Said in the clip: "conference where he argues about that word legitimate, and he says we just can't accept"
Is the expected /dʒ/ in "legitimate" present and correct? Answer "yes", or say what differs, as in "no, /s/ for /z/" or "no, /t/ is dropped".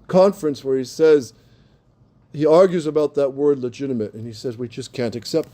yes